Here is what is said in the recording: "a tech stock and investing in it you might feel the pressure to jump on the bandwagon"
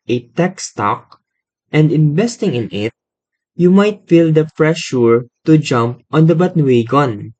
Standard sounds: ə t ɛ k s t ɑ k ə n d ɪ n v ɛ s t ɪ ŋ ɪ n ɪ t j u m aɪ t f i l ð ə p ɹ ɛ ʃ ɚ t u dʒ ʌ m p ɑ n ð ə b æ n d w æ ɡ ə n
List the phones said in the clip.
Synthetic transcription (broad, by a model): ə t ɛ k s t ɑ k ə n d ɪ n v ɛ s t ɪ ŋ ɪ n ɪ t j u m aɪ t f i l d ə f ɹ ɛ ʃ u t u dʒ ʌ m p ɑ n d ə b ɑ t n w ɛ ɡ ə n